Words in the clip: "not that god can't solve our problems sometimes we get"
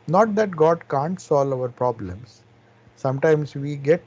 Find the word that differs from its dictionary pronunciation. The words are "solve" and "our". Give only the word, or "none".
solve